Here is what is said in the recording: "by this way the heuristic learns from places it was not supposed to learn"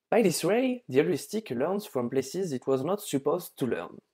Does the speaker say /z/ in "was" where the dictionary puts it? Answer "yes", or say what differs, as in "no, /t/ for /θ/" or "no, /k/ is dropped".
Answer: yes